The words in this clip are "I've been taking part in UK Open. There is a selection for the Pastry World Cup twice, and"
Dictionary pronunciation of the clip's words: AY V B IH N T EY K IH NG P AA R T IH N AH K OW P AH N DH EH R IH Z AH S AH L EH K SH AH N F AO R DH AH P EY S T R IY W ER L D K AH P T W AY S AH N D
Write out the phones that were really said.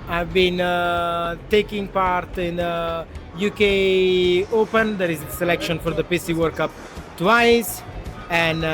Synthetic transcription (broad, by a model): AY V B IH N T EY K IH NG P AA R T IH N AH K OW P AH N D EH R IH Z AH S AH L EH K SH AH N F AO R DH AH P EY S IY W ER D K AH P T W AY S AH N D